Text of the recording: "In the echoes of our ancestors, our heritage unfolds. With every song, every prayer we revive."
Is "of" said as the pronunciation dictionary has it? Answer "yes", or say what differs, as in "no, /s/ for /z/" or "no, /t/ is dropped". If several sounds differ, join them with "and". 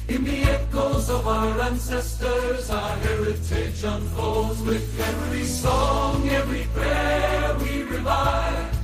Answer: yes